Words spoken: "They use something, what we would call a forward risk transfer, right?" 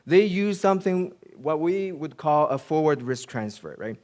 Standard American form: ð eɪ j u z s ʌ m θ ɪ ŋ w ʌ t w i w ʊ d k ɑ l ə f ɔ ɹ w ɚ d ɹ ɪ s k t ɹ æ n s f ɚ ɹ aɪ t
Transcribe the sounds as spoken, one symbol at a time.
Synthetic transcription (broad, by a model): ð eɪ j u z s ʌ m θ ɪ ŋ w ʌ t w i w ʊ d k ɑ l ə f ɔ ɹ w ɚ d ɹ ɪ s k t ɹ æ n s f ɚ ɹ aɪ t